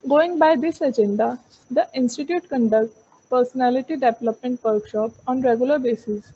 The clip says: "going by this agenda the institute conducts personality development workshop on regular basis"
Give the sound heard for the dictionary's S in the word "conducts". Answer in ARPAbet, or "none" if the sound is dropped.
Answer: none